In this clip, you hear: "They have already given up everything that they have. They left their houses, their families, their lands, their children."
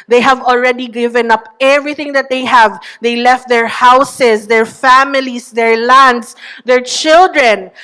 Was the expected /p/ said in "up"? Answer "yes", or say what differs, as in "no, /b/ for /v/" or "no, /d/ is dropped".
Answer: yes